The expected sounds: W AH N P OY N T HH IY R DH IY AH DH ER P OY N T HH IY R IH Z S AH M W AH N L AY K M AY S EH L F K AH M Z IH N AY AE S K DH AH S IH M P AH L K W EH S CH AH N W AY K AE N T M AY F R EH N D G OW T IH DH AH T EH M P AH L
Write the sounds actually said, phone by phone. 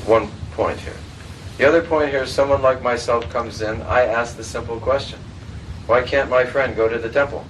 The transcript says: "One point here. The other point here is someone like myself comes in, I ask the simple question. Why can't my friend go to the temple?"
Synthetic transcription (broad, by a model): W AH N P OY N T HH IY R DH IY AH DH ER P OY N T HH IY R IH Z S AH M W AH N L AY K M AY S EH L F K AH M Z IH N AY AE S K DH AH S IH M P L K W EH S CH AH N W AY K AE N M AY F R EH N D G OW T IH DH AH T EH M P L